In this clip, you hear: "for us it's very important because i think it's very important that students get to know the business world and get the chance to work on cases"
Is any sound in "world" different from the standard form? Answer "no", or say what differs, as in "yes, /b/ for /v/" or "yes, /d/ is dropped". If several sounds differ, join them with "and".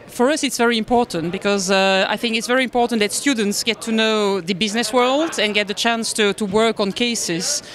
no